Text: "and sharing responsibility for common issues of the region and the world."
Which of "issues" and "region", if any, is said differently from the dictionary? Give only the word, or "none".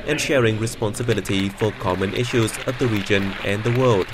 none